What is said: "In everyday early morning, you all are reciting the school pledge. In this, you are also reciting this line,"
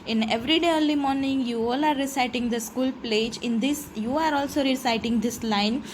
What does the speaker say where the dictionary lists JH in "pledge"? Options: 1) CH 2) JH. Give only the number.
2